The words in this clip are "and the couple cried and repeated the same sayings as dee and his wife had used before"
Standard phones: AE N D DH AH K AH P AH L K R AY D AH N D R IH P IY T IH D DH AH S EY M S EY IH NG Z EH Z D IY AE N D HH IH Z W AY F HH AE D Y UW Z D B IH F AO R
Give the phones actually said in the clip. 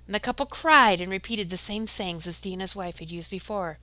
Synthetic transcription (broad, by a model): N DH AH K AH P L K R AY D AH N R IH P IY T IH D DH AH S EY M S EY IH NG Z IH Z D IY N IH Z W AY F HH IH D Y UW Z D B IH F AO R